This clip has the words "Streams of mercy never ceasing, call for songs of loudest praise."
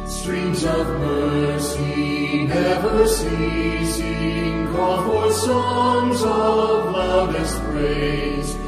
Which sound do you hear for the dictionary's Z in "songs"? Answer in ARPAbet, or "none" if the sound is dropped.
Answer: Z